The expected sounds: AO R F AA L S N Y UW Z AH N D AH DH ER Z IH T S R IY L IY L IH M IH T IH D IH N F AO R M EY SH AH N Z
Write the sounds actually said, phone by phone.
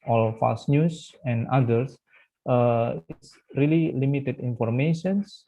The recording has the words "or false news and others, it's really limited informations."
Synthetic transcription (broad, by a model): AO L F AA S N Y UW S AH N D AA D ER S IH T S R IY L IY L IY M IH T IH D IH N F AO R M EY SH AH N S